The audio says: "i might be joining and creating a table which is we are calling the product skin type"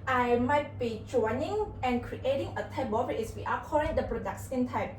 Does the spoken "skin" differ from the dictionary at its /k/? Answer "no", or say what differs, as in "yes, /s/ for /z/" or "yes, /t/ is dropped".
yes, /k/ is dropped